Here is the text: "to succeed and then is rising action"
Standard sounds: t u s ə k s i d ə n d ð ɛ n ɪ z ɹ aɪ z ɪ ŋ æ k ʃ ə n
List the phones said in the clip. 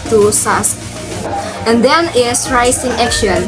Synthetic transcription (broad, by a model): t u s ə s ə n d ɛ n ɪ s ɹ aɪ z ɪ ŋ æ k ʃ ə n